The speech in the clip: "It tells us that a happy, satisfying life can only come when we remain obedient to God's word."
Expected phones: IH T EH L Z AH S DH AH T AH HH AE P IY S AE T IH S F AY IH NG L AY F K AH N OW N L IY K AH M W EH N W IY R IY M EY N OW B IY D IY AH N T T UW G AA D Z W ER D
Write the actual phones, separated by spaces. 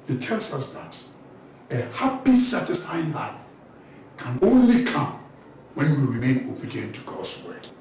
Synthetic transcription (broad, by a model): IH T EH L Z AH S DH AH T AH HH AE P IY S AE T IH S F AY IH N L AY F K AH N OW N L IY K AH M W EH N W IY R IY M EY N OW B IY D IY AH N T T UW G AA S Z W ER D